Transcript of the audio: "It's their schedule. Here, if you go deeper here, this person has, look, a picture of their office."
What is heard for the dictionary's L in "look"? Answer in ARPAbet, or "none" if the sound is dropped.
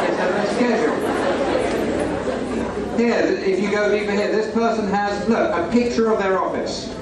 N